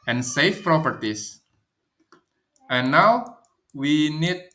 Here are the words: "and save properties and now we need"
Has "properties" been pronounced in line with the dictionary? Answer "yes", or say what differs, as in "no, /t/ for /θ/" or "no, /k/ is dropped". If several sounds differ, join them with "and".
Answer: no, /s/ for /z/